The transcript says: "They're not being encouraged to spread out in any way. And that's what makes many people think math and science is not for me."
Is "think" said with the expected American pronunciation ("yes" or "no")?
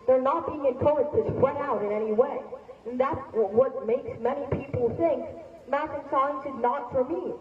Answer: yes